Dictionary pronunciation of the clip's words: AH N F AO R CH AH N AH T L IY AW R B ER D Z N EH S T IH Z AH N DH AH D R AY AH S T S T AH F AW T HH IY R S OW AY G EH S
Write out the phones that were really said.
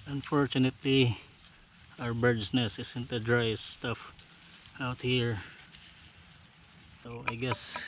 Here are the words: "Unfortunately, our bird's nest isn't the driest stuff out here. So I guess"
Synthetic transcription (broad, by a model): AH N F AO R CH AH N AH T L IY AW R B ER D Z N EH S IH S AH N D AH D R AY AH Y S T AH F AW T HH IY R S OW AY G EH S